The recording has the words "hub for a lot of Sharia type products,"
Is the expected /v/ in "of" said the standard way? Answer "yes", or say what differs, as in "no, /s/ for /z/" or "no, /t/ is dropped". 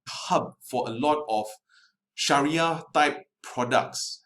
no, /f/ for /v/